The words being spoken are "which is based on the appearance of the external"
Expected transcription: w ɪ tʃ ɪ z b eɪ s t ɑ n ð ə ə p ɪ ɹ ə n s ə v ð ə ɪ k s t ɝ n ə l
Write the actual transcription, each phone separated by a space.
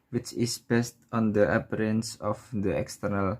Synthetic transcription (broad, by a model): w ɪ tʃ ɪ s b eɪ s t ɑ n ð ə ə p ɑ ɹ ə n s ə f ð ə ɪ k s t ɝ n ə l